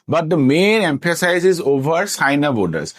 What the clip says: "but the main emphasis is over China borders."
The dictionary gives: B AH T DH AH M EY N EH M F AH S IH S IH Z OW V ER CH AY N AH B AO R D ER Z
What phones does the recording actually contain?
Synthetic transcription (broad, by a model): B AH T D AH M EY N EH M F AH S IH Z IH Z OW V ER S AY N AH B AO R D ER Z